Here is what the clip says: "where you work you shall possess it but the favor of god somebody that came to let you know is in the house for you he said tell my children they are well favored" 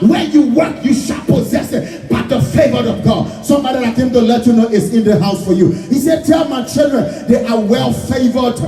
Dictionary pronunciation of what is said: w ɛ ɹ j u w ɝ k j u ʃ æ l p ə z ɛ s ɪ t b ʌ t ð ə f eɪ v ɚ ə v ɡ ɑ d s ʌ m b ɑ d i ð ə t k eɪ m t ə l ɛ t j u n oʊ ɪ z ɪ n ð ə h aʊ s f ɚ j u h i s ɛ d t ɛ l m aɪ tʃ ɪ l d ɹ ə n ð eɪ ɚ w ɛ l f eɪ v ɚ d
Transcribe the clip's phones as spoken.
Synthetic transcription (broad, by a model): w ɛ j u w ɝ k j u ʃ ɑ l p ə z ɛ s ɪ t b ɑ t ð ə f eɪ v ɚ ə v ɡ ɑ d s ʌ m b ɑ d i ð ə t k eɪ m t ə l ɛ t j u n oʊ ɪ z ɪ n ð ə h aʊ s f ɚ j u h i s ɛ d t ɛ l m aɪ tʃ ɪ l d ɹ ə n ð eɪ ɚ w ɛ l f eɪ v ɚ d